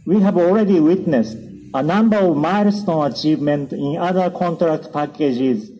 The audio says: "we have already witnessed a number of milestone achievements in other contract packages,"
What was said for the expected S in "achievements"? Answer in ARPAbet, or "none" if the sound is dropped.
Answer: none